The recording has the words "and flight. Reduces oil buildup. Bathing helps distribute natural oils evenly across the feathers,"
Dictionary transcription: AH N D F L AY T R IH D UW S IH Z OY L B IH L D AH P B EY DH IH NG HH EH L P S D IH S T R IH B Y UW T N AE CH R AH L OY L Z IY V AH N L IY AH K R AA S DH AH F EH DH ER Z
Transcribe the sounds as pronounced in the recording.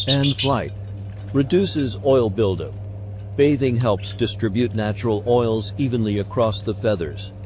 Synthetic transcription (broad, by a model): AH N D F L AY T R IH D UW S IH Z OY L B IH L D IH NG B EY DH IH NG HH EH L P S D IH S T R IH B Y UW T N AE CH R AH L OY L Z IY V AH N L IY AH K R AA S DH AH F EH DH ER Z